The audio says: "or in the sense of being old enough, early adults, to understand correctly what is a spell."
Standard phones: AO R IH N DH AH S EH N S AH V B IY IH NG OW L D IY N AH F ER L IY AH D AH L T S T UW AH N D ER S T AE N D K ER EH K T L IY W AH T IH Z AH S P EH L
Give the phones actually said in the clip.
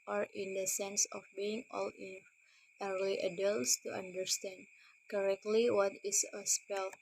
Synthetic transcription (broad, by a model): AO R IH N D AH S EH N S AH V B IY IH NG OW L IY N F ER L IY AH D AH L T S T UW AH N D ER S T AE N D K ER EH K T L IY W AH T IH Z AH S P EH L